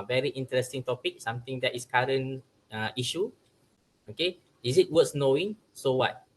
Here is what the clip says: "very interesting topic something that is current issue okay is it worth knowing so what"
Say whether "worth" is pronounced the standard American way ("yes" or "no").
no